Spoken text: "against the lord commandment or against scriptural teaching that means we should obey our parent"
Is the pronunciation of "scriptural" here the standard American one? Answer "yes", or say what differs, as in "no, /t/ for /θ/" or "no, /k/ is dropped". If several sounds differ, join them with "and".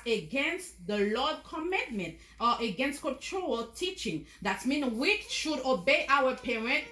no, /ɹ/ is dropped